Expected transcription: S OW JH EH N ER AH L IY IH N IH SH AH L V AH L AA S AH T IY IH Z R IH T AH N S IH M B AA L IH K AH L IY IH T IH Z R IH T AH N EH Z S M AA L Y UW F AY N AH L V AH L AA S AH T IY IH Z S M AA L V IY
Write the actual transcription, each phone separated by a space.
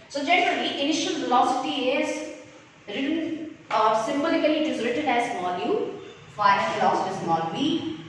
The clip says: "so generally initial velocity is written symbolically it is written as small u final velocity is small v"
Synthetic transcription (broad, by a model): S OW JH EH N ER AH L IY IH N IH SH AH L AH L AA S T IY IH Z R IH T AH N S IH M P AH L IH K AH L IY IH T IH Z R IH T AH N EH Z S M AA N Y UW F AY AH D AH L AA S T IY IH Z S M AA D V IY